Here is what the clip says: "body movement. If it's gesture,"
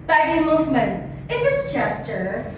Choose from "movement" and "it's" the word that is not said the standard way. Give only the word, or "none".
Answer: movement